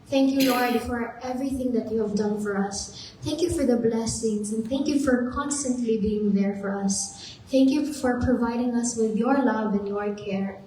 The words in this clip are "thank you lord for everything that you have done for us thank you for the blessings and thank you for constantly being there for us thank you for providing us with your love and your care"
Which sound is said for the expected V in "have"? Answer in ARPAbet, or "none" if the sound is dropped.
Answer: V